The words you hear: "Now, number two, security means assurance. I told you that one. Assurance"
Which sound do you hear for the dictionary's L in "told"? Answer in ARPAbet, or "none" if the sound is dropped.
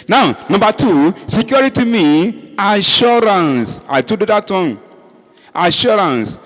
none